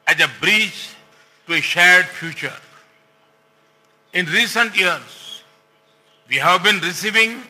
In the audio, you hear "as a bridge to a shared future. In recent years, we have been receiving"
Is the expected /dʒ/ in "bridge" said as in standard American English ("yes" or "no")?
no